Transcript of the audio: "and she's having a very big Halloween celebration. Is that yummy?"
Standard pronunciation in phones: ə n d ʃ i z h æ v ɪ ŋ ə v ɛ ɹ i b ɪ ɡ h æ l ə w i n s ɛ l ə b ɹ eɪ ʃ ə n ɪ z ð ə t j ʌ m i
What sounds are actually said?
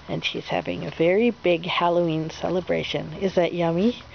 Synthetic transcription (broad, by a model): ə n ʃ i z h æ v ɪ ŋ ə v ɛ ɹ i b ɪ ɡ h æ l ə i n s ɛ l ə b ɹ eɪ ʃ ə n ɪ z ð ə t j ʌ m i